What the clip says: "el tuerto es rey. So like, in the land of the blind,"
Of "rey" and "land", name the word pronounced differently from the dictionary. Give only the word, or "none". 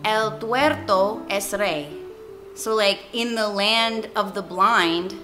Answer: none